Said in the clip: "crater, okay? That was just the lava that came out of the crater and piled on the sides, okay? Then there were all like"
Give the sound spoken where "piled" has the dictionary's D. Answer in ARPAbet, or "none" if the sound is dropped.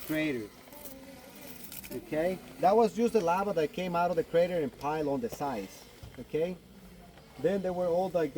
none